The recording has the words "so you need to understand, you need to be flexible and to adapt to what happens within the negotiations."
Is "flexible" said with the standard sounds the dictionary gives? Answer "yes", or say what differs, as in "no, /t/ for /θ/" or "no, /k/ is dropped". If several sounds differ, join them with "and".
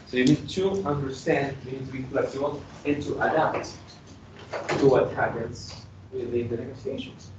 no, /b/ is dropped